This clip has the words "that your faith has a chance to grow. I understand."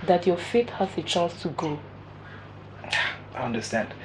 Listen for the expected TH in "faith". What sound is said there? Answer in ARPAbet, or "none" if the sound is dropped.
T